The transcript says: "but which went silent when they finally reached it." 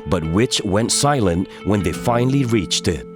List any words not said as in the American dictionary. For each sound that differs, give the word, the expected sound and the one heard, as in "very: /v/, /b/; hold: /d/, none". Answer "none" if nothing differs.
none